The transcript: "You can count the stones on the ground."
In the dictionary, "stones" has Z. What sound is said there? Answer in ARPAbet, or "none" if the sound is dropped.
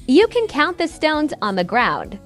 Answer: Z